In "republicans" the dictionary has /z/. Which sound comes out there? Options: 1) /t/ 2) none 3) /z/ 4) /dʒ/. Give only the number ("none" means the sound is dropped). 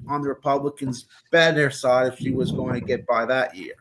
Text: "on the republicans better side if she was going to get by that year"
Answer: 3